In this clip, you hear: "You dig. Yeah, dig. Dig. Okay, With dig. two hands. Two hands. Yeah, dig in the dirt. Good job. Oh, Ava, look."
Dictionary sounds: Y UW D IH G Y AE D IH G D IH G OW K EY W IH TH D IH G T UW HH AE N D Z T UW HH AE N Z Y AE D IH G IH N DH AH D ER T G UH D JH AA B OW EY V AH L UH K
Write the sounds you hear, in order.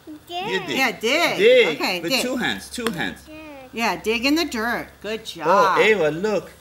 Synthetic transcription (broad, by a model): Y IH Y AE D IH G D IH OW K EY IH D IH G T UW HH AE N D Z T UW HH AE N Z Y AE D IH G IH N DH AH D ER T G UH D JH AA OW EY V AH L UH K